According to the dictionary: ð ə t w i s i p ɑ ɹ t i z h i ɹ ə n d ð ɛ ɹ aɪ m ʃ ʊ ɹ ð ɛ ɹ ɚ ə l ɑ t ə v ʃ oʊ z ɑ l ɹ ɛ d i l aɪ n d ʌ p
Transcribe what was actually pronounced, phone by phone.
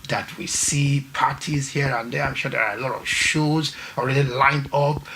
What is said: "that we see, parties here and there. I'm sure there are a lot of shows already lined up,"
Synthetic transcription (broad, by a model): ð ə t w i s i p ɑ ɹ t i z h i ɹ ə n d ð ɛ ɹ aɪ m ʃ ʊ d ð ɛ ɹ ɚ ə l ɑ t ə v ʃ oʊ z ɑ l ɹ ɛ d i l aɪ n d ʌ p